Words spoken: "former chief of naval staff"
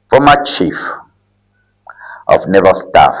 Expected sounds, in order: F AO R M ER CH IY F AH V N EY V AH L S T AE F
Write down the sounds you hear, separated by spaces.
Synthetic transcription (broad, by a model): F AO M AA CH IY F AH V N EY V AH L S T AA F